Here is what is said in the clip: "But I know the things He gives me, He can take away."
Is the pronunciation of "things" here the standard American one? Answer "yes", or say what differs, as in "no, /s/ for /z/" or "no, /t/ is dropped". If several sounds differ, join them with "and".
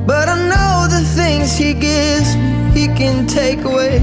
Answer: yes